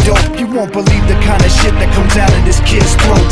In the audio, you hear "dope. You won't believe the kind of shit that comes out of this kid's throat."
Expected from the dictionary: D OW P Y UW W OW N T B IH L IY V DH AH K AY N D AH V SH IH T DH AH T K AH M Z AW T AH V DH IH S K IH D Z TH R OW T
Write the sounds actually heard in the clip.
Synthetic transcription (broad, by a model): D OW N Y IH W OW N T B IH L IY V DH AH K AY N D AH SH IH T DH AH T K AH M Z AW T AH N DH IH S K IH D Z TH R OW